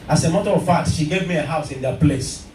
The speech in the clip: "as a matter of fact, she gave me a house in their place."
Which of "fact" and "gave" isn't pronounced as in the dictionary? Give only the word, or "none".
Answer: fact